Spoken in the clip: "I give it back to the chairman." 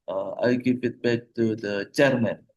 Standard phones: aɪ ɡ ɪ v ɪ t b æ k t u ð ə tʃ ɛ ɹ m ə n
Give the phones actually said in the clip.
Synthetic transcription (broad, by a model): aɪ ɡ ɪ p ɪ t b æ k t u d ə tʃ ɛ ɹ m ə n